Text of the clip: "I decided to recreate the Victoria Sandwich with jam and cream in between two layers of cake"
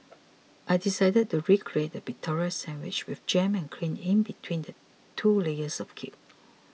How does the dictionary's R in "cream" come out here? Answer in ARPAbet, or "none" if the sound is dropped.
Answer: L